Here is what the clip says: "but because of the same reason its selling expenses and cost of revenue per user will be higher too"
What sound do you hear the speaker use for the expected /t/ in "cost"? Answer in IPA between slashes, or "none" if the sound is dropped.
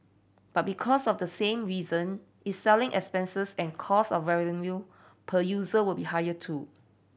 none